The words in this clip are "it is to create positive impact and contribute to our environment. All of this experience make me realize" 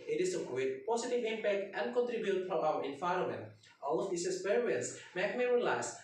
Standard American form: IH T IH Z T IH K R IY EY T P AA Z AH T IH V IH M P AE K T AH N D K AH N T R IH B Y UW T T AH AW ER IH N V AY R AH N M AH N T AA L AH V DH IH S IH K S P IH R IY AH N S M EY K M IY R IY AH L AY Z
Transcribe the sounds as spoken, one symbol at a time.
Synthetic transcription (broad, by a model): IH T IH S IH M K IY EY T P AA S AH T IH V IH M P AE K T AH N D K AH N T R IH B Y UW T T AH AW ER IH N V AY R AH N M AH N T AA L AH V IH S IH S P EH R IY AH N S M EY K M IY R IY L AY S